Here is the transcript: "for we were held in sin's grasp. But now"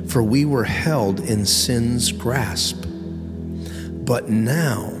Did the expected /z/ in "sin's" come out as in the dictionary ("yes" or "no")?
yes